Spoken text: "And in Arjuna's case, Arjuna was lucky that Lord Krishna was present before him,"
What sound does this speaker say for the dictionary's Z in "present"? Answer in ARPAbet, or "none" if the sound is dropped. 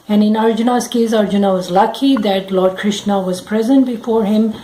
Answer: Z